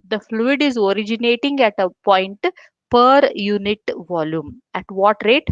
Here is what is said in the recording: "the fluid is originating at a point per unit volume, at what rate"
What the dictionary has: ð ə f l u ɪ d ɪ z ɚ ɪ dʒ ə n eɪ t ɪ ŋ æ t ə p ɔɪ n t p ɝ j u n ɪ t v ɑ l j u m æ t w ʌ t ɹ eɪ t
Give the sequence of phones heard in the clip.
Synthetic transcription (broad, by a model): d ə f l u ɪ d ɪ z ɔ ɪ dʒ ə n eɪ t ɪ ŋ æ t ə p ɔɪ n t p ɝ j u n ɪ t v ɑ l j u m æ t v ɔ t ɹ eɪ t